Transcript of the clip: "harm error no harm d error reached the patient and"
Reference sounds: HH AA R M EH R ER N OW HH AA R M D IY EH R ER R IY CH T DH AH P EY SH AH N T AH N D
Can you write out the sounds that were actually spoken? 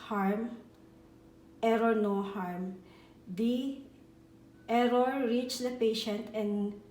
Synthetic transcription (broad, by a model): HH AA R M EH R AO N OW HH AA R M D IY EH R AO R IY CH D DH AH P EY SH AH N T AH N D